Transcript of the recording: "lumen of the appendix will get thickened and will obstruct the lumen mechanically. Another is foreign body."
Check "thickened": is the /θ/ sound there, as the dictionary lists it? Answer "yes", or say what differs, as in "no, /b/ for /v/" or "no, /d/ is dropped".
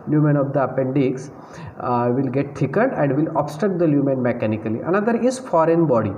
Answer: no, /t/ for /θ/